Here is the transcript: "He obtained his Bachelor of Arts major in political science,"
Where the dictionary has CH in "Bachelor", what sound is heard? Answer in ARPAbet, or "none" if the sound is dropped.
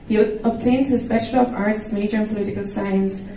SH